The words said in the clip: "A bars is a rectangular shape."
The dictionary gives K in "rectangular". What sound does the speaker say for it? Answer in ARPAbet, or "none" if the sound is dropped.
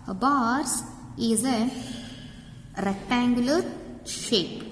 K